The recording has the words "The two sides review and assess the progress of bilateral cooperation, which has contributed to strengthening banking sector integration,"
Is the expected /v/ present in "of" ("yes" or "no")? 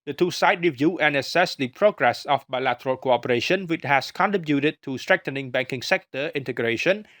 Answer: no